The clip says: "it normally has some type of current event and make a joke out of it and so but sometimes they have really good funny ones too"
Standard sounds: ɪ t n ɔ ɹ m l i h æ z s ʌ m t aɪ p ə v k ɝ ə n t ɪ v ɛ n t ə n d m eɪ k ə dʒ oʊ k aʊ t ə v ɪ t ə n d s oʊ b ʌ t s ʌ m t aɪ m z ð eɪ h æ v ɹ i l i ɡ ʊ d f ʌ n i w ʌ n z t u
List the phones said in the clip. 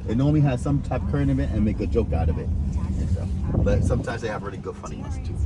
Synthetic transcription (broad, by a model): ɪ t n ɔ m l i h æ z s ʌ m t aɪ p k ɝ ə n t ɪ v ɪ t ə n m eɪ k ə dʒ oʊ k aʊ t ə v ɪ t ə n s oʊ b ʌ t s ʌ m t aɪ m z ð eɪ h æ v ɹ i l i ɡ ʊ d f ʌ n i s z t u